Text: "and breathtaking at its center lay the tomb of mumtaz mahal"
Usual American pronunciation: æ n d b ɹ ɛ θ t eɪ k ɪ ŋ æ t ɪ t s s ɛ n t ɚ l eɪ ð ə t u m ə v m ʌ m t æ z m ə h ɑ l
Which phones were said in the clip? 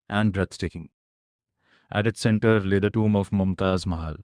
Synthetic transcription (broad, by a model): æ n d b ɹ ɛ s t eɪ k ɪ ŋ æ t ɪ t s s ɛ n t ɚ l eɪ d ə t u m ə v m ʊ m t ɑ z m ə h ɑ l